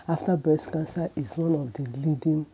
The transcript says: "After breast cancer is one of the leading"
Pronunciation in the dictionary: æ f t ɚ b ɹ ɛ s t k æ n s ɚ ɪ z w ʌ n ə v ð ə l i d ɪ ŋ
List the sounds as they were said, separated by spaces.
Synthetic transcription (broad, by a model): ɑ f t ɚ b ɛ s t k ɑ n s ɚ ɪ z w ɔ n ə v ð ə l i d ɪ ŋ